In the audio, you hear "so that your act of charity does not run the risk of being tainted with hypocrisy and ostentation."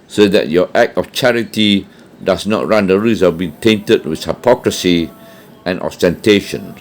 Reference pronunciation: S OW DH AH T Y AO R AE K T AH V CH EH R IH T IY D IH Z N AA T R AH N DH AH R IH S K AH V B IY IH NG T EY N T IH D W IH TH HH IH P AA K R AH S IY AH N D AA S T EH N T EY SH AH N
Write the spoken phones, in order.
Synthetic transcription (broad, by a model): S OW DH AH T Y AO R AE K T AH F CH EH R IH T IY D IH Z N AA T R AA N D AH R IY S AH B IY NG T EY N T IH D W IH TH HH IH P AA K R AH S IY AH N AA S T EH N T EY SH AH N